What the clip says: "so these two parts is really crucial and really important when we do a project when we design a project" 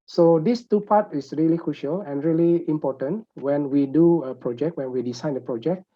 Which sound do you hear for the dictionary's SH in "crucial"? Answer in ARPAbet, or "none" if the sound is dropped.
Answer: SH